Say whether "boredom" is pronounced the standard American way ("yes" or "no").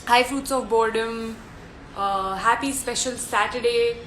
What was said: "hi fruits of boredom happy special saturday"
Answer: yes